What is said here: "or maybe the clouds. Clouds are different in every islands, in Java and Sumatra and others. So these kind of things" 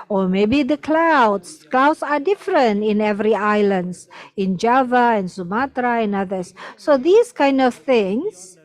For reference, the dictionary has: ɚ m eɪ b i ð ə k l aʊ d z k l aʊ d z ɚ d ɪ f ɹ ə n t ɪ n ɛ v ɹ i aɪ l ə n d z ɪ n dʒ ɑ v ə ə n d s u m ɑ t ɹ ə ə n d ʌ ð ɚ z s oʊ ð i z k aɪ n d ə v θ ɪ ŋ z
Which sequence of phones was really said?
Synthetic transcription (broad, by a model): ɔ m eɪ b i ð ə k l aʊ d s k l aʊ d s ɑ d ɪ f ɹ ə n t ɪ n ɛ v ɹ i aɪ l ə n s ɪ n dʒ ɑ v ə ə n s u m ɑ t ɹ ə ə n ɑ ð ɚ s oʊ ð i s k aɪ n d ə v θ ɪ ŋ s